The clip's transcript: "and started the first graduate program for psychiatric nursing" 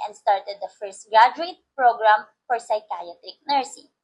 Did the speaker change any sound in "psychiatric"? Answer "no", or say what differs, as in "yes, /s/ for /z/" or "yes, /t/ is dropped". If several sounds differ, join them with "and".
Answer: yes, /ɹ/ is dropped